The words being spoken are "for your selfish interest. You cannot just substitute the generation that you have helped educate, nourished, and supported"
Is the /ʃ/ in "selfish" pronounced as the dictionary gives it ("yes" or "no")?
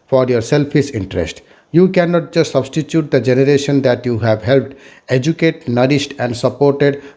no